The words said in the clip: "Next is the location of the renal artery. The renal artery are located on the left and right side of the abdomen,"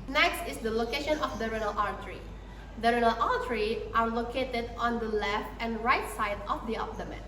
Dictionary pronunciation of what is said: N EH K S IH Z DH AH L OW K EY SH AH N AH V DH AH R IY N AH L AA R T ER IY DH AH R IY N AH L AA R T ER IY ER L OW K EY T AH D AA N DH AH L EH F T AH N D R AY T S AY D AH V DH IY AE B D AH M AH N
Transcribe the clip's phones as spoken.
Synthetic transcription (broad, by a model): N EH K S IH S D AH L OW K EY SH AH N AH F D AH R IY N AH L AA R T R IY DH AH R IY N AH L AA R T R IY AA L OW K EY T AH D AA N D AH L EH F AH N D R AY T S AY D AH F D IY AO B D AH M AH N